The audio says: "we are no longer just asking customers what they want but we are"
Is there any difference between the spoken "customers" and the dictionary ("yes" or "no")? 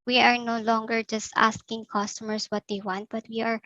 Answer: yes